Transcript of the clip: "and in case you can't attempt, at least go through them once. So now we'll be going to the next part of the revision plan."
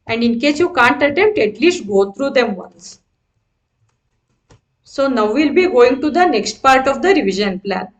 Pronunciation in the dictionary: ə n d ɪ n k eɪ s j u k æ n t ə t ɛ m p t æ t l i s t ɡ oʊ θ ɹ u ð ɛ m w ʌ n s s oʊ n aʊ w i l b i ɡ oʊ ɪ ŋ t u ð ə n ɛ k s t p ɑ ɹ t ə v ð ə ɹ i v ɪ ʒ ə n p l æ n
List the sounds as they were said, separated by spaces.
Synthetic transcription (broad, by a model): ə n d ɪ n k eɪ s j u k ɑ n t ə t ɛ m p t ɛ t l i s t ɡ oʊ t ɹ u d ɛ m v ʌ n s s oʊ n aʊ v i l b i ɡ oʊ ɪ ŋ t u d ə n ɛ k s t p ɑ ɹ t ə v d ə ɹ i v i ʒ ə n p l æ n